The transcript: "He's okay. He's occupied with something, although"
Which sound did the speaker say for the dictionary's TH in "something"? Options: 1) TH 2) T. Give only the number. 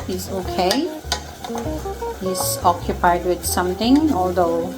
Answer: 2